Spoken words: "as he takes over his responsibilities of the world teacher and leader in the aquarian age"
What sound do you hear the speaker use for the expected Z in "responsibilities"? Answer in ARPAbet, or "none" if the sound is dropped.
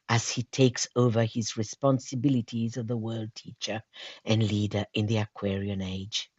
Z